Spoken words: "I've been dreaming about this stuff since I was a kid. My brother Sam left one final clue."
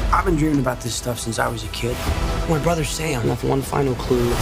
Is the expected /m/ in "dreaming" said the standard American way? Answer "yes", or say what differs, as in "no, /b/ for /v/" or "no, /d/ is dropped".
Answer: no, /m/ is dropped